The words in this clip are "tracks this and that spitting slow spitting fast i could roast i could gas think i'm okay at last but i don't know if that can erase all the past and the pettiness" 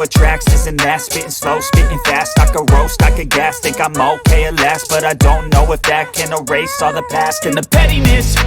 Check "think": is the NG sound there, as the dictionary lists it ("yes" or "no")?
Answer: no